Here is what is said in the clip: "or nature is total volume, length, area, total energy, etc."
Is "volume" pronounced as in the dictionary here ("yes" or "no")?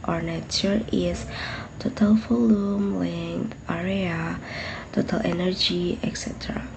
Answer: no